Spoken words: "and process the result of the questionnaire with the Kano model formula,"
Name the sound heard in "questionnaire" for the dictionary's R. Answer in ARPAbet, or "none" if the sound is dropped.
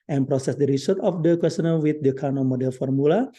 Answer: L